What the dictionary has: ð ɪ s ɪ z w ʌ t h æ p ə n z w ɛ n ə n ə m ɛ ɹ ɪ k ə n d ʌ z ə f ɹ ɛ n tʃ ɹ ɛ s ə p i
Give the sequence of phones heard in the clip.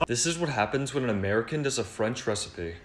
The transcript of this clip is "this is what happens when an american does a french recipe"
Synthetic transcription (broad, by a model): ð ɪ s ɪ z w ʌ t h æ p ə n z w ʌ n ə n ə m ɛ ɹ ɪ k ə n d ʌ z ə f ɹ ɛ n tʃ ɹ ɛ s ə p i